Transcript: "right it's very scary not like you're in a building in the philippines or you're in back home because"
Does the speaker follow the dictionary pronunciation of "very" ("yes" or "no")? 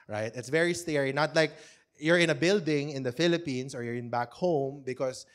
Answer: yes